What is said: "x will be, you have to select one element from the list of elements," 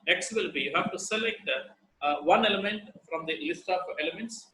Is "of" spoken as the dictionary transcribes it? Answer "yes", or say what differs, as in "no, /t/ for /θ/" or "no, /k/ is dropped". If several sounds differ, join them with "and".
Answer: no, /p/ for /v/